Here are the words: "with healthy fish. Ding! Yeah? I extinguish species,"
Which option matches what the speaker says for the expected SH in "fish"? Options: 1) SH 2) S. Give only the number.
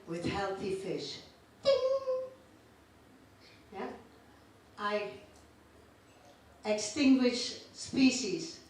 1